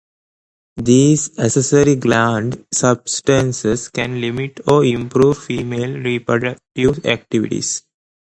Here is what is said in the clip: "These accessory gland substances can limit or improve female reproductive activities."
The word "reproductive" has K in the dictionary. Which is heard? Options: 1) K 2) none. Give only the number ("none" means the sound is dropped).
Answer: 1